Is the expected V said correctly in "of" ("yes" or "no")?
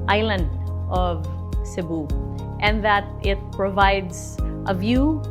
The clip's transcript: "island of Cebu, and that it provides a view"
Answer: yes